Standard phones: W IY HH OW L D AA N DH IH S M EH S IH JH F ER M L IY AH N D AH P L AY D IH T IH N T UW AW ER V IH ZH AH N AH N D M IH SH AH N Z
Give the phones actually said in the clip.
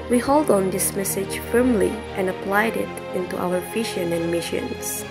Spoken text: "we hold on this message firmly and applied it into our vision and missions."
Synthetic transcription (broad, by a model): W IY HH OW L D AA N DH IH S M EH S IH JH F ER M L IY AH N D AH P L AY D IH T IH N T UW AW ER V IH SH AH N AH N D M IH SH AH N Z